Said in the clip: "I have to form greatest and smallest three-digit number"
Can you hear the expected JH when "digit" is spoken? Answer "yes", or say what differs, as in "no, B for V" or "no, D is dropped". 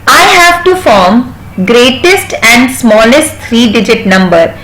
yes